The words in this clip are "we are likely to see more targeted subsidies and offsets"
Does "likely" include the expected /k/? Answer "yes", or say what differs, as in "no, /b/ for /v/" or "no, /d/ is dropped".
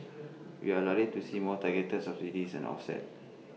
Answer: no, /k/ is dropped